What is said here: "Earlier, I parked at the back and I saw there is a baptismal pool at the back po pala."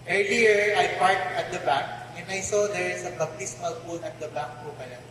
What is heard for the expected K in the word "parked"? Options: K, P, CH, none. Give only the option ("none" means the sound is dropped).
none